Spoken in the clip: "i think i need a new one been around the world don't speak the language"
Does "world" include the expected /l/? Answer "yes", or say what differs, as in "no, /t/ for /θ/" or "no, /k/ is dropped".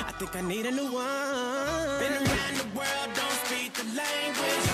yes